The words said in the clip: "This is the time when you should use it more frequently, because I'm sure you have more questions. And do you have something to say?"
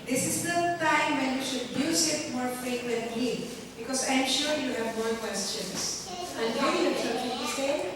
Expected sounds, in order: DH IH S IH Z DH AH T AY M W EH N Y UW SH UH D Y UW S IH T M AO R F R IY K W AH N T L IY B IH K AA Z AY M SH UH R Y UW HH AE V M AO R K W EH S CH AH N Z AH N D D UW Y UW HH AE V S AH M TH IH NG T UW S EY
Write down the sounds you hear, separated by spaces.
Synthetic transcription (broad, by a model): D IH S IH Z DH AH T AY M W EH N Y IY SH UH D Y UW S IH T M AO R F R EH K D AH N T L IY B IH K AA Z AY M SH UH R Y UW HH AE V M AO R K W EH S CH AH N S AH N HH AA Y UW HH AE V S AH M T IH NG T UW S EY